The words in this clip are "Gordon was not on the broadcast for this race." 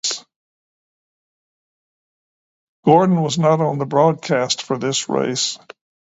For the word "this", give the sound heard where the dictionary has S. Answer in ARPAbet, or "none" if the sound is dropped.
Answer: S